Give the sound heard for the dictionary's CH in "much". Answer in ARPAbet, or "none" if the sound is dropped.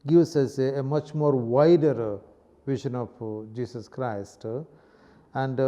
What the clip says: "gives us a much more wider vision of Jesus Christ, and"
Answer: CH